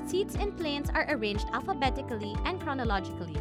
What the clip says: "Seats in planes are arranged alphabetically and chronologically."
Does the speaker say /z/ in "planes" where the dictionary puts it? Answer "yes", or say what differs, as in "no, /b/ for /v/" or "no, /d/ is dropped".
no, /s/ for /z/